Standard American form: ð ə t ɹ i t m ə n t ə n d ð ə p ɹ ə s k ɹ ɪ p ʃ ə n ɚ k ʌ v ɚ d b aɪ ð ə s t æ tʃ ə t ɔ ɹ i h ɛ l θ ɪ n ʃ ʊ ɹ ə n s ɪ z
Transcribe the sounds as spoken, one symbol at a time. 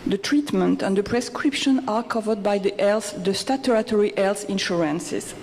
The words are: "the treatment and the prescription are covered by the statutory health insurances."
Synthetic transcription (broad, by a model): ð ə t ɹ i t m ə n t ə n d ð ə p ɹ ə s k ɹ ɪ p ʃ ə n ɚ k ʌ v ɚ d b aɪ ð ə s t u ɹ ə t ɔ ɹ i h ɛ l s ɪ n ʃ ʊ ɹ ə n s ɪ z